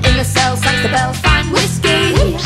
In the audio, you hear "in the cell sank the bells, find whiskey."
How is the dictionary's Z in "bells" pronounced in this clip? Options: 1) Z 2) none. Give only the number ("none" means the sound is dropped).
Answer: 2